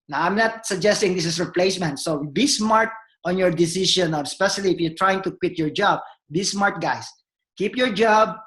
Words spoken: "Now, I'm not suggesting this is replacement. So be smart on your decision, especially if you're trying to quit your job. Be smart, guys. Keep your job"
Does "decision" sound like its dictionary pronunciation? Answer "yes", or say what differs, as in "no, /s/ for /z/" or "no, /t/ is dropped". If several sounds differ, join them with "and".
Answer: no, /ʃ/ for /ʒ/